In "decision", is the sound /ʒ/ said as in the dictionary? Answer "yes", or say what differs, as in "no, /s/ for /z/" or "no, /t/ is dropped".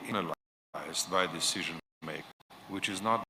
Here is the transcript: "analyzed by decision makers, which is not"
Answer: yes